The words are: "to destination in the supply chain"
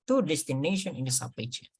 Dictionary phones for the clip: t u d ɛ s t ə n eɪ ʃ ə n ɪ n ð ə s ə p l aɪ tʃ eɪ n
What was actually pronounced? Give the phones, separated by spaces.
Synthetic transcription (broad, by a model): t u d ɛ s t ə n eɪ ʃ ə n ɪ n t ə s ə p aɪ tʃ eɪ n